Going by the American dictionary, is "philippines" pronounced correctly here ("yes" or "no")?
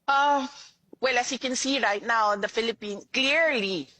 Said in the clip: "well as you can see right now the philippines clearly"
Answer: no